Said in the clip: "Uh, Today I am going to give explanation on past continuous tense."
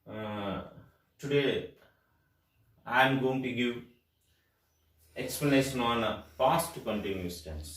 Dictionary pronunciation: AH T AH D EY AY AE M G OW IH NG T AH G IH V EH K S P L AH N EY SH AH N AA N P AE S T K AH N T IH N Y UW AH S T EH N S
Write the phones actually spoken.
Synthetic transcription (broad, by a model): T AH D EY AY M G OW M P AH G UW EH K S P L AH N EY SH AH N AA N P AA S T K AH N T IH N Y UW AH S T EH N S